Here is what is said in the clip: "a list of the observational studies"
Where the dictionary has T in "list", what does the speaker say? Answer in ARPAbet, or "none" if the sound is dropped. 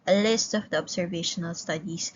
T